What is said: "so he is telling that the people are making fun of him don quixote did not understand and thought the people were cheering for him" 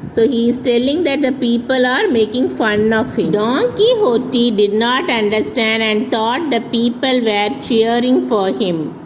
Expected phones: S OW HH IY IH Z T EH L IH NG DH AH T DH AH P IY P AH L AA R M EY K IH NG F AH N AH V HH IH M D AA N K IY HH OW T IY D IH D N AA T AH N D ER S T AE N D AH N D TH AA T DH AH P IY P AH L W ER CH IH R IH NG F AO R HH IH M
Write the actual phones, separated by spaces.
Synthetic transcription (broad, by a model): S OW HH IY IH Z T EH L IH NG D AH T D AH P IY P AH L AA R M EY K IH NG F AH N AH V HH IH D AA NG K IY HH OW T IY D IH D N AA T AH N D ER S T AE N D AH N D T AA T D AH P IY P AH L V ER CH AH R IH NG F AO R HH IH M